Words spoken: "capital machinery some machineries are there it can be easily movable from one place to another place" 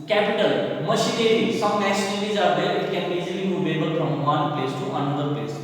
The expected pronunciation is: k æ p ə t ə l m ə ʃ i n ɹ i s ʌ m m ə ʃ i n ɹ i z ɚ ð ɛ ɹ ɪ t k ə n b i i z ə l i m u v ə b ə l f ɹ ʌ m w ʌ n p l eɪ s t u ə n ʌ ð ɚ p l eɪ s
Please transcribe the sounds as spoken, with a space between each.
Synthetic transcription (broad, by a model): k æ p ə t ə l m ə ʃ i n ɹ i s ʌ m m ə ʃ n l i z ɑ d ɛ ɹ ɪ t k ə n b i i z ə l i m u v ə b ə l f ɹ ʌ m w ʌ n p l eɪ s t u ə n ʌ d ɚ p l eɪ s